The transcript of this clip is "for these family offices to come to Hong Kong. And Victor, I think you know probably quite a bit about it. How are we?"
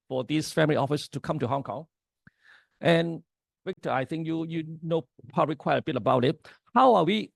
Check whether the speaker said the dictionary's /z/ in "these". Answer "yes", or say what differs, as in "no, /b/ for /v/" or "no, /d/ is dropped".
no, /s/ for /z/